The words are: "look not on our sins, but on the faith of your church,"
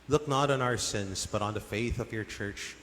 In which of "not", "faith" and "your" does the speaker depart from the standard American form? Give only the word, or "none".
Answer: none